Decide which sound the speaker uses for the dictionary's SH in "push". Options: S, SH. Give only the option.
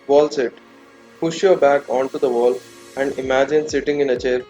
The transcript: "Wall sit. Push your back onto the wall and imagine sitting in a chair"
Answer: SH